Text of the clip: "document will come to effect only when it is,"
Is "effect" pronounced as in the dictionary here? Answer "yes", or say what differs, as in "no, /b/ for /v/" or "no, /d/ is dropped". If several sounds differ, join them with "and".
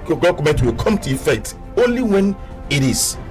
no, /k/ is dropped